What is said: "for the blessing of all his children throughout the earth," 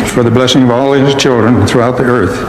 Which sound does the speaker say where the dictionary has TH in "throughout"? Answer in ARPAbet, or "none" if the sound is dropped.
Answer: TH